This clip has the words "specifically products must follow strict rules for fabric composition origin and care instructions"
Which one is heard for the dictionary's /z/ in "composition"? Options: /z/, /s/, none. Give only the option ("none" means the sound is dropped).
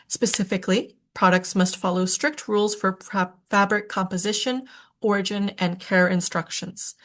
/z/